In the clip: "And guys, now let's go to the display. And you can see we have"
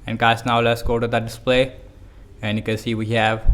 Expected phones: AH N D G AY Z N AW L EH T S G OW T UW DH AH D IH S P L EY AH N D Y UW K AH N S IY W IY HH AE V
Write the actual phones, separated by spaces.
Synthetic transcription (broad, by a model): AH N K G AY S N AW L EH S G OW T UW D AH D IH S P L EY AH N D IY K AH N S IY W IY HH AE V